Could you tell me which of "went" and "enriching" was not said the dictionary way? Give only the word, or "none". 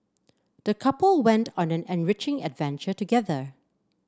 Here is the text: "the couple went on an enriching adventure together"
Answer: none